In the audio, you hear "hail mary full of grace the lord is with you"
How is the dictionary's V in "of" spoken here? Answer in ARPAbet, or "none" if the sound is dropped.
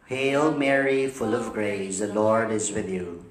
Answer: V